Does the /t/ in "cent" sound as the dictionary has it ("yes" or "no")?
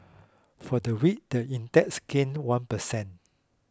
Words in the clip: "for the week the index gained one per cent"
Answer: no